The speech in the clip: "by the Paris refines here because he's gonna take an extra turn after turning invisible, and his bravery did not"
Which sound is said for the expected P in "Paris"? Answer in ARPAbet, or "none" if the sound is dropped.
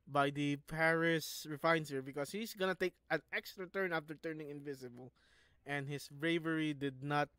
P